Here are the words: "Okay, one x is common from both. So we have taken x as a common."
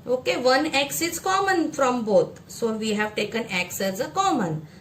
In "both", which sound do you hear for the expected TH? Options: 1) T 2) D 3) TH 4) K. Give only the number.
1